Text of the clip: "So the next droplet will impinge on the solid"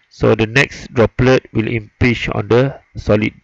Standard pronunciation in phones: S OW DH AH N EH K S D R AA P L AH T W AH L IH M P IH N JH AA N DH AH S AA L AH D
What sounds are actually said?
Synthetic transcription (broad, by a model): S OW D AH N EH K S D R AA P L AH T W AH L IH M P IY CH AA N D AH S AA L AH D